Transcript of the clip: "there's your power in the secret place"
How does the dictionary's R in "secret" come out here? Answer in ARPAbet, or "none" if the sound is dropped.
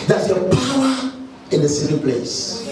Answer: none